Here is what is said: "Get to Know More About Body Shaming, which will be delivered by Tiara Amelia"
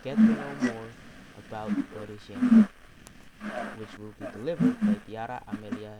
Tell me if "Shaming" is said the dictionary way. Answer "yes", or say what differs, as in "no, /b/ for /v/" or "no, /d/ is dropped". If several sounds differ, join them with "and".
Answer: no, /m/ is dropped